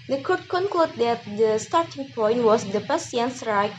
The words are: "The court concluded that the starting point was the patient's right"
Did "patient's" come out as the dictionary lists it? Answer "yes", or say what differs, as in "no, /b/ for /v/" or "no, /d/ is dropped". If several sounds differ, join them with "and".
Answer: no, /s/ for /ʃ/